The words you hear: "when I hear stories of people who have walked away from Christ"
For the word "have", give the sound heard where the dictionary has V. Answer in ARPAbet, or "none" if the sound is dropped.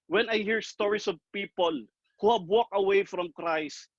B